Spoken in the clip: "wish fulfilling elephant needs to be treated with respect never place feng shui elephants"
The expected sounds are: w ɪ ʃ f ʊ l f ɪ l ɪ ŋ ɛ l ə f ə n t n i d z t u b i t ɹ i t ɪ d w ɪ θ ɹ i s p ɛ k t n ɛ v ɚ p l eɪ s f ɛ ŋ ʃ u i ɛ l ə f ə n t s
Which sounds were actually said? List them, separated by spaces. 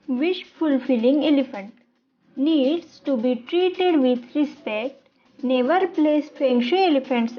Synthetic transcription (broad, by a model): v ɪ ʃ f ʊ l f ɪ l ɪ ŋ ɛ l ə f ə n t n i d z t u b i t ɹ i t ɪ d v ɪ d ɹ i s p ɛ k t n ɛ v ɚ p l eɪ s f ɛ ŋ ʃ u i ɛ l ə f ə n t s